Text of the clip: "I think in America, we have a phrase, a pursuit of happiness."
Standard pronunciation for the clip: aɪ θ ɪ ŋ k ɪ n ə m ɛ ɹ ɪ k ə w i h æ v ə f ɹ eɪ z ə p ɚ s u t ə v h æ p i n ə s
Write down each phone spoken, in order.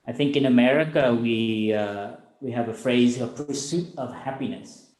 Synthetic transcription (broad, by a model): aɪ θ ɪ ŋ k ɪ n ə m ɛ ɹ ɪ k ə w i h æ v ə f ɹ eɪ z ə p ɚ s u t ə v h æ p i n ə s